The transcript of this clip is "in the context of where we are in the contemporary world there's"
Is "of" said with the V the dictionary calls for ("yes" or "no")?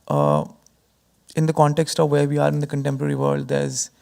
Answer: yes